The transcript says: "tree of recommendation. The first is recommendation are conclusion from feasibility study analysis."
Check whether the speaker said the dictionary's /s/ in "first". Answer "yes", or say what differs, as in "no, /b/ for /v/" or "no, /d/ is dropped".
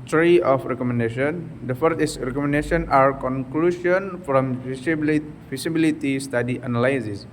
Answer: no, /s/ is dropped